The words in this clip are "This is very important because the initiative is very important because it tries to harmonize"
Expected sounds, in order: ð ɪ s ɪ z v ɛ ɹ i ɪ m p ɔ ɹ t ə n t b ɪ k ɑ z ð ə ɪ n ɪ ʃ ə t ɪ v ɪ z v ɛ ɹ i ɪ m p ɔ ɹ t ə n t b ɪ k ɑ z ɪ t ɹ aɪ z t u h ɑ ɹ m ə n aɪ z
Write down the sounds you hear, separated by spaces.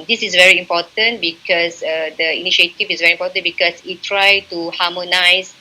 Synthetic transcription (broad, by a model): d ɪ s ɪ s v ɛ ɹ i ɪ m p ɔ t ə n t b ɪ k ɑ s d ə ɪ n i ʃ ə t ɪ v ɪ s v ɛ ɹ i m p ɔ t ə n b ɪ k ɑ s ɪ t ɹ aɪ t u h ɑ m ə n aɪ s